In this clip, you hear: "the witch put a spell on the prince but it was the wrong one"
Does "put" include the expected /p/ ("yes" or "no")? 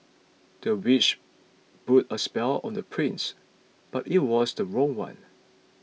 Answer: no